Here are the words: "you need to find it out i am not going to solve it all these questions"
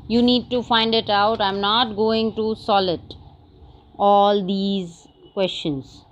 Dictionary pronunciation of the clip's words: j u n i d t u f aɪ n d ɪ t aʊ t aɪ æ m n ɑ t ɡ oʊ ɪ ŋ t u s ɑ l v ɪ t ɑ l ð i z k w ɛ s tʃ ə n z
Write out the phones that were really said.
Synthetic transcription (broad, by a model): j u n i d t u f aɪ n d ɪ t aʊ t aɪ m n ɑ t ɡ oʊ ɪ ŋ t u s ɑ l ɪ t ɑ l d i z k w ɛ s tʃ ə n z